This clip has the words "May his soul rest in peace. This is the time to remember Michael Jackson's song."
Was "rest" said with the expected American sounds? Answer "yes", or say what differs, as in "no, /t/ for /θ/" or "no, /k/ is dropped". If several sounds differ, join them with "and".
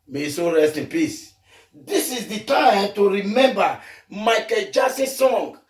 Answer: yes